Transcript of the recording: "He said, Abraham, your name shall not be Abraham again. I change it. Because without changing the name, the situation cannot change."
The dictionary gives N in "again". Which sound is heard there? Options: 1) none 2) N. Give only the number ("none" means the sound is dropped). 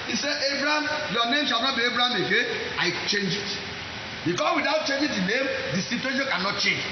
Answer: 1